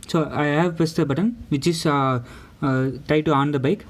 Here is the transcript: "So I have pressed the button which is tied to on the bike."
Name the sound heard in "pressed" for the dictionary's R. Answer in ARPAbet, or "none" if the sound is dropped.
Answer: none